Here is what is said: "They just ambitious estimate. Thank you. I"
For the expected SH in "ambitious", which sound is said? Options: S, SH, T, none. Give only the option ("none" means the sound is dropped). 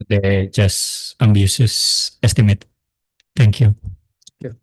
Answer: S